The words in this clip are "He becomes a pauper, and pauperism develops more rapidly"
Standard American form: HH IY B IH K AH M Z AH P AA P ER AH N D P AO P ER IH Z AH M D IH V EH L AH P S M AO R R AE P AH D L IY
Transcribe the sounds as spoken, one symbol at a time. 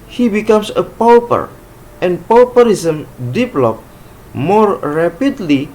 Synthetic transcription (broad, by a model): HH IY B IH K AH M S AH P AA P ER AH N P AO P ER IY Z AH M D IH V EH L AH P M AO R R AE P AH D L IY